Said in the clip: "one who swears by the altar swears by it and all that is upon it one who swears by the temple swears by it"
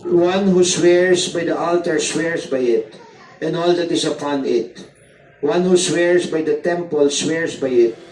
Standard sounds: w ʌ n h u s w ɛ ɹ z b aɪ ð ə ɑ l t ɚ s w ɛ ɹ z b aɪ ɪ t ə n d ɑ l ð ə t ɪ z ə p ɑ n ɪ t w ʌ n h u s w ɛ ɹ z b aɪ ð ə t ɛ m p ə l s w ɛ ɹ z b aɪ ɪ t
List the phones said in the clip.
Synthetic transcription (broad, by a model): w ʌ n h u s w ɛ ɹ s b aɪ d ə ɑ l t ɚ s w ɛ ɹ s b aɪ ɪ t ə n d ɑ l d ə t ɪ s ə p ɑ n ɪ t w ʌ n h u s w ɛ ɹ s b aɪ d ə t ɛ m p ə l s w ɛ ɹ s b aɪ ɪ t